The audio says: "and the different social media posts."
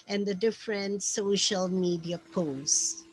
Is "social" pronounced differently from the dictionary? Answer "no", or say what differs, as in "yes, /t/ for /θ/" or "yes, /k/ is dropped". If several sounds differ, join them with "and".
no